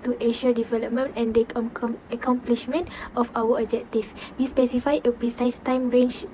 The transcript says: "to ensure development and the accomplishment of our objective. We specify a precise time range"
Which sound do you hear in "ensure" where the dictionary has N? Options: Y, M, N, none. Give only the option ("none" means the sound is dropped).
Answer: none